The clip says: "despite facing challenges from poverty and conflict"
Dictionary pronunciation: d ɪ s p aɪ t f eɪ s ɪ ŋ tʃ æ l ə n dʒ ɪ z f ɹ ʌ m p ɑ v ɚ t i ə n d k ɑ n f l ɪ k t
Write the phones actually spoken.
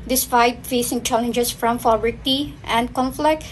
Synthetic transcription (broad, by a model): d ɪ s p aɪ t f eɪ s ɪ ŋ tʃ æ l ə n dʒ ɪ s f ɹ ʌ m f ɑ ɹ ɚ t i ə n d k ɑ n f l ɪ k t